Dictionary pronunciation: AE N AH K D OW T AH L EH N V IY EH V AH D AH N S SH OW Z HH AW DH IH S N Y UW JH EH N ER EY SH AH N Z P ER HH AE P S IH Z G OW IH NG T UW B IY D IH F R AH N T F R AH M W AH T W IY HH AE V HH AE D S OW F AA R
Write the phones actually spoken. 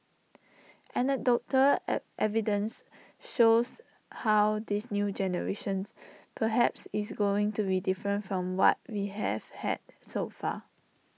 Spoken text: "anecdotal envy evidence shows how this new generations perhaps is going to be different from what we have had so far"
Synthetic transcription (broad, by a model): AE N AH D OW T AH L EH V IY D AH N S SH OW S HH AW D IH S N Y UW JH EH N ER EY SH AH N S P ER HH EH P S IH S G OW IH NG T UW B IY D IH F R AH N T F R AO M W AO T W IY HH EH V HH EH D S OW F AA